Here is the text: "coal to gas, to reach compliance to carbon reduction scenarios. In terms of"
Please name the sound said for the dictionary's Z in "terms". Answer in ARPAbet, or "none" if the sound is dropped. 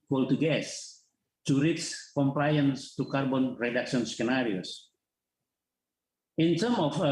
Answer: none